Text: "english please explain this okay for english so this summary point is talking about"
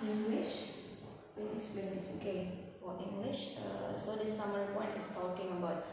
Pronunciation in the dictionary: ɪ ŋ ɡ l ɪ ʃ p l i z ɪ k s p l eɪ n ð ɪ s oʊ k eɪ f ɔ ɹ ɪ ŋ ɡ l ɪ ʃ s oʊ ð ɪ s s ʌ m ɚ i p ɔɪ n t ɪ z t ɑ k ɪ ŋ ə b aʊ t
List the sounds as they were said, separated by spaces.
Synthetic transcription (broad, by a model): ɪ ŋ ɡ l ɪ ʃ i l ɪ s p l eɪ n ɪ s oʊ k eɪ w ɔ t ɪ ŋ ɡ l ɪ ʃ s oʊ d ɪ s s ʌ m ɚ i p ɔɪ n t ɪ s t ɑ k ɪ ŋ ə b aʊ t